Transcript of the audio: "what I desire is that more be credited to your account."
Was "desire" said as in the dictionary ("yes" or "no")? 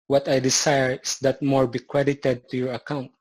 no